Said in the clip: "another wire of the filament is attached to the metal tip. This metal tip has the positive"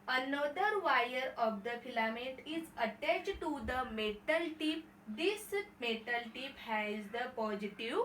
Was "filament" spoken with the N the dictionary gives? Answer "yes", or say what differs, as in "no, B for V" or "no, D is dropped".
no, N is dropped